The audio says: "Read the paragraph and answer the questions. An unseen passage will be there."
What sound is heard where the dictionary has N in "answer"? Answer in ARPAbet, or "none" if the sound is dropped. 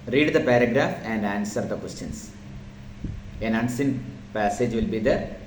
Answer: N